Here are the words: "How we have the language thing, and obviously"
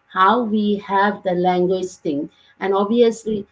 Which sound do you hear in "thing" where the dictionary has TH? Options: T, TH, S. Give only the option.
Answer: T